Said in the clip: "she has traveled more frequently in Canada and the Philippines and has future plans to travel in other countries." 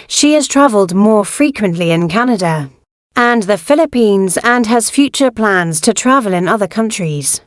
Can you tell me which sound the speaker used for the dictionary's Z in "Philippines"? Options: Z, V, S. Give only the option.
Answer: Z